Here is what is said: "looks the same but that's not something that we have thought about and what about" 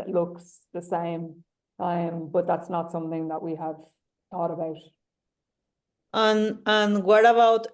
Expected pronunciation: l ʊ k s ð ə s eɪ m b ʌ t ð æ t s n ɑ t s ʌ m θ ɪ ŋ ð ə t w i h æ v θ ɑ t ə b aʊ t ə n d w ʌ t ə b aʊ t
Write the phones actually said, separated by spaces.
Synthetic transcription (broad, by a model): l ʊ k s ð ə s eɪ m b ʌ t ð æ t s n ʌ t s ʌ m θ ɪ ŋ ð ə t w i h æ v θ ɑ t ə b aʊ t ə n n w ʌ t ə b aʊ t